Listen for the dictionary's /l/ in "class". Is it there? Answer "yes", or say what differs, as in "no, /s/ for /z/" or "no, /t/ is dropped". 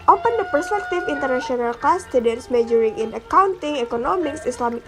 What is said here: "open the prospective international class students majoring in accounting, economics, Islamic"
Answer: no, /l/ is dropped